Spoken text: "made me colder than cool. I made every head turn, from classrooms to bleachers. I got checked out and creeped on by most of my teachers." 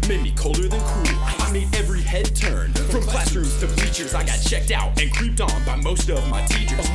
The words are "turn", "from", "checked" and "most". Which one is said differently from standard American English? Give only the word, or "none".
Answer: from